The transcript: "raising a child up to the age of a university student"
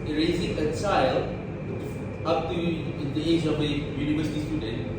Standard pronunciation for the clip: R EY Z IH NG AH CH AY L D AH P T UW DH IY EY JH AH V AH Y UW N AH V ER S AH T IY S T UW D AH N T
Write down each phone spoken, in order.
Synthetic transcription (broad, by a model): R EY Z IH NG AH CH AY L AH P T UW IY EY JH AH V AH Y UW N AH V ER S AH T IY S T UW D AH N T